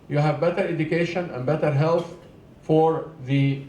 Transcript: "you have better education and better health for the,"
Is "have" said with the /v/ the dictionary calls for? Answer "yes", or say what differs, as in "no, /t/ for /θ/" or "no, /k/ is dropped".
yes